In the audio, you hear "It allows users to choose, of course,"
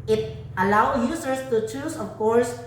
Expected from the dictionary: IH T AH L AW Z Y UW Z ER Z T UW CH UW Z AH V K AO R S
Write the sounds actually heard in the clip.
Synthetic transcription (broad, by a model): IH T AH L AW Y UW S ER S T UW CH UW S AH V K AO R S